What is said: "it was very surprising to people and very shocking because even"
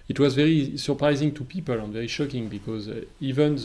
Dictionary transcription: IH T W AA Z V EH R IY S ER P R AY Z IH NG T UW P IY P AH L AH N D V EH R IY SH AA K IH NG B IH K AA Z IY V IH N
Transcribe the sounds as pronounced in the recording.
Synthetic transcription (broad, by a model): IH T W AA Z V EH R IY S ER P R AY Z IH NG T UW P IY P AH L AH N V EH R IY SH AA K IH NG B IH K AA Z IY V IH N